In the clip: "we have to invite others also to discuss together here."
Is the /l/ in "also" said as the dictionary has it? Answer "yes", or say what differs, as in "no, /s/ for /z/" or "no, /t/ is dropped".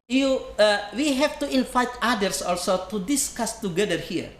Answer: yes